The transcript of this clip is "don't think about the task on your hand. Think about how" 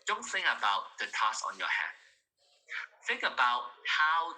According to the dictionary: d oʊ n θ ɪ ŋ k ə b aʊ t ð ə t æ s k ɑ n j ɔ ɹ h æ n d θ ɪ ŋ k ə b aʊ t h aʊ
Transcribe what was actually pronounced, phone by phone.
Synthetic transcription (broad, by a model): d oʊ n θ ɪ ŋ k ə b aʊ t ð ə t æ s ɑ n j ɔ h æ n θ ɪ ŋ k ə b aʊ t h aʊ